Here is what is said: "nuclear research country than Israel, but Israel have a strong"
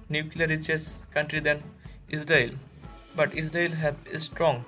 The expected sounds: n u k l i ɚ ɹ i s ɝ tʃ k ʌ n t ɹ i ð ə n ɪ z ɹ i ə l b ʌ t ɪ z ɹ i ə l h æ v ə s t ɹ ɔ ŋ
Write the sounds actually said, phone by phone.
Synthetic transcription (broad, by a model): n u k l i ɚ ɹ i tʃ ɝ s k ʌ n t ɹ i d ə n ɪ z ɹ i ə l b ʌ t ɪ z ɹ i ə l h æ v ə s t ɹ ɔ ŋ